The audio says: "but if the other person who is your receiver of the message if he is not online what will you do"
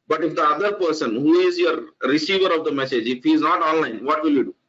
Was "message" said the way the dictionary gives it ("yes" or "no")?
yes